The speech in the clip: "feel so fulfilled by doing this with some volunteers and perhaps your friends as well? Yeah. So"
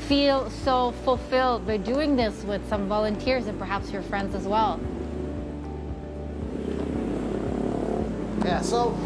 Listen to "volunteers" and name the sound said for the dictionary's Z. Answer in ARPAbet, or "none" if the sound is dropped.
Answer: Z